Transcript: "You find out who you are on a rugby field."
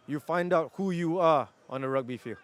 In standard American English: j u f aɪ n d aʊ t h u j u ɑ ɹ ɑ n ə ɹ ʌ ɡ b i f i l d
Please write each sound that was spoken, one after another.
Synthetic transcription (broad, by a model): j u f aɪ n d aʊ t h u j u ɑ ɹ ɑ n ə ɹ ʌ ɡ b i f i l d